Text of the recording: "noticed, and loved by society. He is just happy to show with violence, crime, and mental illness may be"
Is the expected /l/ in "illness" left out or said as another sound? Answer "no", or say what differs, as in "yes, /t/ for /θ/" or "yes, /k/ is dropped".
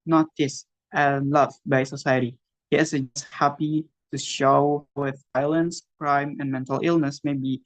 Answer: no